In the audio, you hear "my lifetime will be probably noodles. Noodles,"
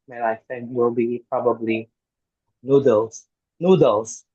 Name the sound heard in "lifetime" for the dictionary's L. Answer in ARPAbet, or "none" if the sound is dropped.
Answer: N